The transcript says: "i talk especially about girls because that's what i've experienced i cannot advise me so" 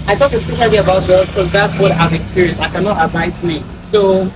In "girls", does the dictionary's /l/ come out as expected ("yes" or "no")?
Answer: no